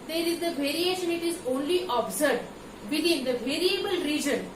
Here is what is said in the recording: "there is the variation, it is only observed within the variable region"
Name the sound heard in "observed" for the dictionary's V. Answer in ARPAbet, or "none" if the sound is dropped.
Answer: none